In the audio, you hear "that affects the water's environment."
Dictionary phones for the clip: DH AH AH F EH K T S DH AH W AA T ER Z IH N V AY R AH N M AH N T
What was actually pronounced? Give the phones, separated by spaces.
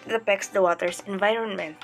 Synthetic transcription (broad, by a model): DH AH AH P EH K S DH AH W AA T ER S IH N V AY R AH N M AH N